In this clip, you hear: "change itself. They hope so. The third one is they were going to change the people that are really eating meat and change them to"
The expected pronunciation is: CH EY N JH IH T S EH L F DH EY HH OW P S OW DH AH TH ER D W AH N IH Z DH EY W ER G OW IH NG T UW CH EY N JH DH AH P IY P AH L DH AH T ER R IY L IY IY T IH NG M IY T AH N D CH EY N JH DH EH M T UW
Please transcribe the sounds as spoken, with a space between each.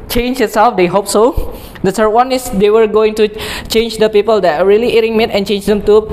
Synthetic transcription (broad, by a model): CH EY N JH IH T S EH L F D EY HH OW P S OW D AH S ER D W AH N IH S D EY W ER G OW IH NG T UW CH EY N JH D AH P IY P AH L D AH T R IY L IY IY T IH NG M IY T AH N CH EY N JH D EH M T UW